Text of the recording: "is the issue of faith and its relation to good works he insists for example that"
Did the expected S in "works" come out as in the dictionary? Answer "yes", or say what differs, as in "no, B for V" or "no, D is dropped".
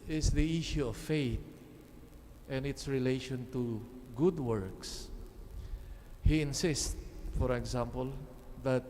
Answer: yes